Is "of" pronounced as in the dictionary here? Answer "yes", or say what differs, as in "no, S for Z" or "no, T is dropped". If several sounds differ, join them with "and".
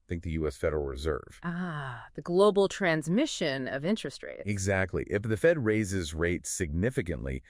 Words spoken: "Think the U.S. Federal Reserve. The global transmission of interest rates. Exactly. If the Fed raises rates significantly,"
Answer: yes